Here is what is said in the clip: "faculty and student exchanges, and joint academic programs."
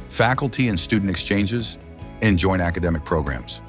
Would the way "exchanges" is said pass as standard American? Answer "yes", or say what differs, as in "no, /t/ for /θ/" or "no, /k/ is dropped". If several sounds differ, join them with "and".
yes